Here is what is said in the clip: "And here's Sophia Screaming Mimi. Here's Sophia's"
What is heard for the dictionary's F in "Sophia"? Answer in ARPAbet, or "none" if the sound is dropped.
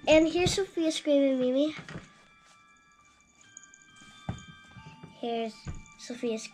F